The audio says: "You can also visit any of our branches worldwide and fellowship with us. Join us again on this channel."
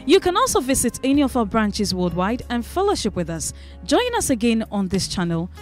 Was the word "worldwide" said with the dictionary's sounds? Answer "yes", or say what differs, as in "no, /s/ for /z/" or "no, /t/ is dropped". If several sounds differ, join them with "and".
no, /l/ is dropped